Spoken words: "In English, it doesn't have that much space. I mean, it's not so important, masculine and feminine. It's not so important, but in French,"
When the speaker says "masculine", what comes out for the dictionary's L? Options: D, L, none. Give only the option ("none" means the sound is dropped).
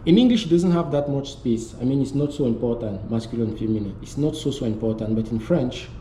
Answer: none